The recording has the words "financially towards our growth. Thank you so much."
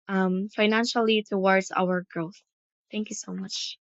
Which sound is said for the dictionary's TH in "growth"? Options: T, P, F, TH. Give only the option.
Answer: TH